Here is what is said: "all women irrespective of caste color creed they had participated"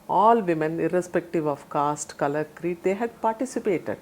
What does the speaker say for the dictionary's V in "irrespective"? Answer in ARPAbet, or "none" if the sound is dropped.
V